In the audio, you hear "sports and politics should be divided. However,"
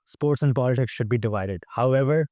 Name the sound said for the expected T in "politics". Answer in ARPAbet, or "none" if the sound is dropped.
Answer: T